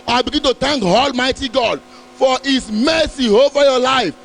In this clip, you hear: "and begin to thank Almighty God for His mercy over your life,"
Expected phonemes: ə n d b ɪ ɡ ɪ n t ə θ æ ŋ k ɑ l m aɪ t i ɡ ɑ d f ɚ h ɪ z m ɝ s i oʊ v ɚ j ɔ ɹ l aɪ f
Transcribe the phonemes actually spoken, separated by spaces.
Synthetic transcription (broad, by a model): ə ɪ b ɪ ɡ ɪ n t ə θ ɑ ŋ k ɑ l m aɪ t i ɡ ɑ d f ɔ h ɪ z m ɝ s i oʊ v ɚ j ɔ l aɪ f